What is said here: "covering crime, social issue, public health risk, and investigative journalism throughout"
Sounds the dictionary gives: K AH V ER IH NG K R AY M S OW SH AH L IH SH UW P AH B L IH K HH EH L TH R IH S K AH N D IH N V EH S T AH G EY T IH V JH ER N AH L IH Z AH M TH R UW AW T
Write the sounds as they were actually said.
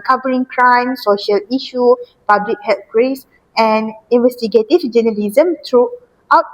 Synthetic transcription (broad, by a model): K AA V ER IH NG K R AY M S OW SH AH L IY SH UW P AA B L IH K HH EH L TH R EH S AH N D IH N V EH S T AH G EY T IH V JH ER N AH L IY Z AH M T R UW AW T